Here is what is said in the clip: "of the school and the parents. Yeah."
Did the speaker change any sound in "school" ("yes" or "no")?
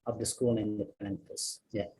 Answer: yes